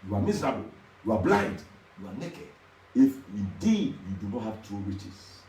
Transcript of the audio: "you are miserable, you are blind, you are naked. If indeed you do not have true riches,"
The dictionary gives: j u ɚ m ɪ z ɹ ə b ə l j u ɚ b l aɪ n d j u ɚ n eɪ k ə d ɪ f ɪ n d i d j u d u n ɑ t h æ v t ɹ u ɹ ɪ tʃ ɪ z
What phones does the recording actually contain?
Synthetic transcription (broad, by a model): j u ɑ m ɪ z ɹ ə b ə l j u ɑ b l aɪ n d j u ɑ n eɪ k ə d ɪ f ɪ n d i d j u d u n ɑ t h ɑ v t u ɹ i tʃ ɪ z